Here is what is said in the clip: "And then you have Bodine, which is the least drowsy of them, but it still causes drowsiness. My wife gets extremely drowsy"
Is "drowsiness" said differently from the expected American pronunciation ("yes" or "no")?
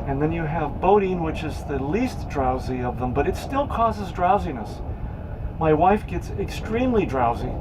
no